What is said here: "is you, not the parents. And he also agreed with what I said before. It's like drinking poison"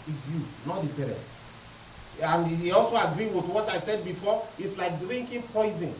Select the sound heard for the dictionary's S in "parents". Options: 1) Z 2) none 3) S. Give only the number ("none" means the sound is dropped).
2